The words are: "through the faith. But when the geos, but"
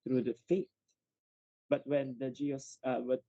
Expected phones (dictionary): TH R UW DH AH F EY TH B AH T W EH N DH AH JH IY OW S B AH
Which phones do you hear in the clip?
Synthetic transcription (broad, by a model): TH R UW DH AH F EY T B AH T W EH N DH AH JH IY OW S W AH